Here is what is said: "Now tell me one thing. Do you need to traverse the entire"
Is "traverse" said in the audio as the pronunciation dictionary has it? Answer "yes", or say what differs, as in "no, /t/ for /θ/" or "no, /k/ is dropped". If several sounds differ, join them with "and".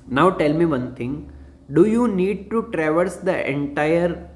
yes